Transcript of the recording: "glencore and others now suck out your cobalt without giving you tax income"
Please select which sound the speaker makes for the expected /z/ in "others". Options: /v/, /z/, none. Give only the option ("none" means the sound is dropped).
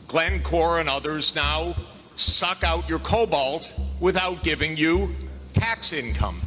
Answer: /z/